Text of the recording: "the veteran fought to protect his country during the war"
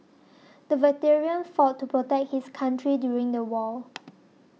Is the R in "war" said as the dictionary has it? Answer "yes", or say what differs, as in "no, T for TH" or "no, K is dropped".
no, L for R